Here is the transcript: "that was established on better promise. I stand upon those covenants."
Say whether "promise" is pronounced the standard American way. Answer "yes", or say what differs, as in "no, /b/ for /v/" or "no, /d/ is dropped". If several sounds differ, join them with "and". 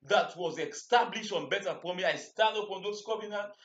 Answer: no, /s/ is dropped